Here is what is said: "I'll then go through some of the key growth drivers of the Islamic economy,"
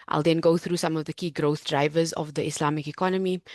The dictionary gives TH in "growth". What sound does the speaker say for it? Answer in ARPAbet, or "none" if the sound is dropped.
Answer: TH